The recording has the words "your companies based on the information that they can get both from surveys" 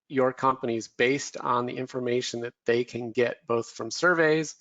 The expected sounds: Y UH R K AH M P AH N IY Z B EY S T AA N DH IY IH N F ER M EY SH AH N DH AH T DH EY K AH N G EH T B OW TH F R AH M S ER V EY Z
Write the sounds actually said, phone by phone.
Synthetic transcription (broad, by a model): Y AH R K AH M P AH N IY Z B EY S T N DH IY IH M F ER M EY SH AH N DH AH T DH EY K AH N G EH T B OW TH F R AH M S ER V EY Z